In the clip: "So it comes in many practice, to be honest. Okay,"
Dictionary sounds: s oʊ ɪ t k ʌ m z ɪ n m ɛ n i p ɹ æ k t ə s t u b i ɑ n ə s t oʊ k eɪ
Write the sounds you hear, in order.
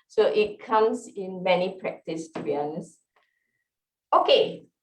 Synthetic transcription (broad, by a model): s oʊ ɪ t k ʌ m s ɪ n m ɛ n i p ɹ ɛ k t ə s t u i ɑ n s oʊ k eɪ